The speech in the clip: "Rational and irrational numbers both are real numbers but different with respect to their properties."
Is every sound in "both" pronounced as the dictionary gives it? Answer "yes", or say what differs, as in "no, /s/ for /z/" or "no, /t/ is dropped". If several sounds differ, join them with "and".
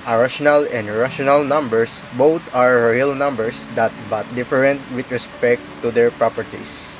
no, /t/ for /θ/